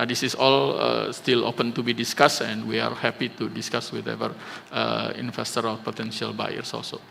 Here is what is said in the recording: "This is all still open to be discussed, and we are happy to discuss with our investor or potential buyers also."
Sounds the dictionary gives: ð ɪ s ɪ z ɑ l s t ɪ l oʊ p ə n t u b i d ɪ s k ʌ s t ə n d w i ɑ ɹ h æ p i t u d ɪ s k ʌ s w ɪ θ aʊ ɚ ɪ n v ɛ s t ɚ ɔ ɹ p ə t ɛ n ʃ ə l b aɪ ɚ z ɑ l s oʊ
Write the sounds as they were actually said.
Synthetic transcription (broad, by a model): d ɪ s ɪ s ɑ l s t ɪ l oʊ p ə n t u b i d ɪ s k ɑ s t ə n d w i ɑ ɹ h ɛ p i t u d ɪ s k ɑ s w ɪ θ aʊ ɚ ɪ n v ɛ s t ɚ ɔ l p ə t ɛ n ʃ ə l b aɪ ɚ s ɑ l s oʊ